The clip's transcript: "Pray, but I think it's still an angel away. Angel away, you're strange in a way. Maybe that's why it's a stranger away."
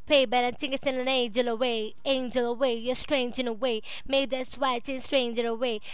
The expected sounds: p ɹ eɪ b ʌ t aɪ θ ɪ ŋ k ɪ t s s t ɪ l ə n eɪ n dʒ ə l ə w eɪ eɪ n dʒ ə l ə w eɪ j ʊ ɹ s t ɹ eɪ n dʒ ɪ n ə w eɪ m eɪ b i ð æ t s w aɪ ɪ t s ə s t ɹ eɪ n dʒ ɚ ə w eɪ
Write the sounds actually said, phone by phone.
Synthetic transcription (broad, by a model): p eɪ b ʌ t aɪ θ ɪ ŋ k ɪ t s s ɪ n ə n eɪ n dʒ ə l ə w eɪ eɪ n dʒ ə l ə w eɪ j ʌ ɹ s t ɹ eɪ n dʒ ɪ n ə w eɪ m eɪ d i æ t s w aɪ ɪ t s ə s t ɹ eɪ n dʒ ɚ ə w eɪ